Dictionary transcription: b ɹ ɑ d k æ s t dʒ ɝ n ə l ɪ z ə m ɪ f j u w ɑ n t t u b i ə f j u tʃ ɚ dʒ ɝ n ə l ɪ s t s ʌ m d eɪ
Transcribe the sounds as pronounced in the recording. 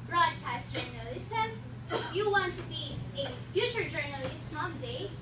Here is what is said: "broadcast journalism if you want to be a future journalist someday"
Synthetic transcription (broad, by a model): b ɹ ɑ d k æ s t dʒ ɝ n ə l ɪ s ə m j u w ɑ n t t u b i ə f j u tʃ ɚ dʒ ɝ n ə l ɪ s t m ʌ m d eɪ